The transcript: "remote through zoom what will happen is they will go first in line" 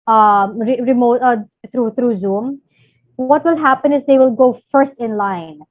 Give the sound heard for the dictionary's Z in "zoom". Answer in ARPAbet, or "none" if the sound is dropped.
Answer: Z